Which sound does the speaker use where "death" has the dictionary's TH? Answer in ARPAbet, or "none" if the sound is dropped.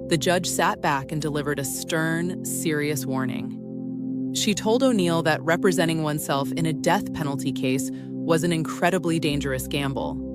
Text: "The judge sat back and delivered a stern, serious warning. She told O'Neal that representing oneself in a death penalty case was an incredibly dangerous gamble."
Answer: TH